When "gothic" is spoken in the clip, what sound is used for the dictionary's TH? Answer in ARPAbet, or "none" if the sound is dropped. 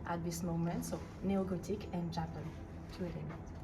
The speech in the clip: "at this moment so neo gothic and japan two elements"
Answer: T